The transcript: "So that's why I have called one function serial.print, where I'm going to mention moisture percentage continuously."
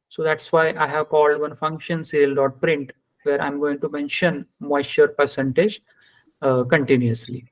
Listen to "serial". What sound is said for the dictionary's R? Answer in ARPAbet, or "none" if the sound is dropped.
L